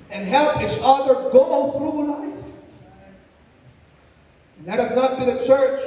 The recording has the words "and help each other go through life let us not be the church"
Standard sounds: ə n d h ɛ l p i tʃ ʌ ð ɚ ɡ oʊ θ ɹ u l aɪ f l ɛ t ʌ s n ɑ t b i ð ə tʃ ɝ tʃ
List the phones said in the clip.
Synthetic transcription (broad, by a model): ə n h ɛ l p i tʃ ʌ ð ɚ ɡ oʊ θ ɹ u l aɪ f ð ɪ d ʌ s n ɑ t b i ð ə tʃ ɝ tʃ